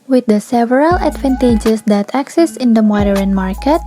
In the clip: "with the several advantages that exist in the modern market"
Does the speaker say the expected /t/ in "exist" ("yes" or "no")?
no